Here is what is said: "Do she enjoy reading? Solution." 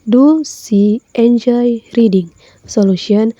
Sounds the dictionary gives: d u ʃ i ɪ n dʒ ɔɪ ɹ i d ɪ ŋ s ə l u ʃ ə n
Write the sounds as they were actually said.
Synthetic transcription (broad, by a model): d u s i ɪ n dʒ ɔɪ ɹ i d ɪ ŋ s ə l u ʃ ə n